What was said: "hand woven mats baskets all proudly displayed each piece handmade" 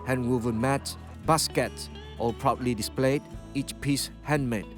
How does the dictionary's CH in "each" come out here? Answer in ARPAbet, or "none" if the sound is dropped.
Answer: CH